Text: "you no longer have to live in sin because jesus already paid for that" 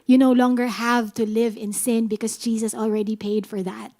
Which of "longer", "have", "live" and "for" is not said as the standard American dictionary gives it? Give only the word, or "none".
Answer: none